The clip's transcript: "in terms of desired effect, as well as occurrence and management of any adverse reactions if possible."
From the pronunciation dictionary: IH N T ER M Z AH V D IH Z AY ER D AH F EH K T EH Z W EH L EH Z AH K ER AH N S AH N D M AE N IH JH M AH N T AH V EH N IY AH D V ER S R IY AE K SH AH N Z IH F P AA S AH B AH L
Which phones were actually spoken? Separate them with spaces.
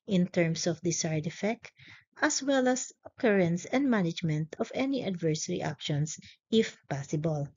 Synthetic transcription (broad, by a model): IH N T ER M S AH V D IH S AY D AH F EH K T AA S W EH L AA S AH K ER AH N S AH N D M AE N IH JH M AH N T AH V EH N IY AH D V ER S R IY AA K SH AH N S IH F P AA S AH B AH L